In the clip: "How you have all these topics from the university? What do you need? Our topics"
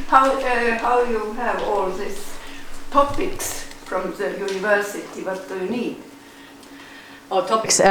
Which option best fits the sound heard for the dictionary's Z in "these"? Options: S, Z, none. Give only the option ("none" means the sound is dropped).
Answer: S